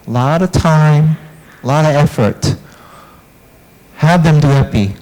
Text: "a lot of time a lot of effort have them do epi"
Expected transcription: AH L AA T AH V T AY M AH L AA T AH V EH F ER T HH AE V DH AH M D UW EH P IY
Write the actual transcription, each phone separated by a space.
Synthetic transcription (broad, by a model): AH L AA T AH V T AY M AH L AA T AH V EH F ER T HH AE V DH AH M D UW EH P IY